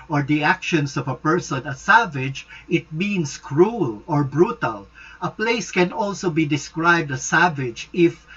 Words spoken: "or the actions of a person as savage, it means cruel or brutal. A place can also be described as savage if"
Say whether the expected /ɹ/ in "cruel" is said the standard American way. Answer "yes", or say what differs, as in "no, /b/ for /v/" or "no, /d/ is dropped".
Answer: yes